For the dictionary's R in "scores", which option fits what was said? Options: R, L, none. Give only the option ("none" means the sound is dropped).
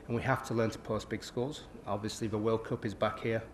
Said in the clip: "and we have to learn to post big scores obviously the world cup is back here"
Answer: L